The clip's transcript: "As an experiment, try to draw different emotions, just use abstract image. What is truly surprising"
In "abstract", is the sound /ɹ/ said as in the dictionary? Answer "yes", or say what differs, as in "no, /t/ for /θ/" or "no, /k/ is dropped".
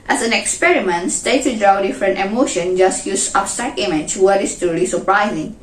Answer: no, /ɹ/ is dropped